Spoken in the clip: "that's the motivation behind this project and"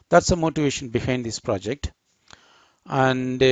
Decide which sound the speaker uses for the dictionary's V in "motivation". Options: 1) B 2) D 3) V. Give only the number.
3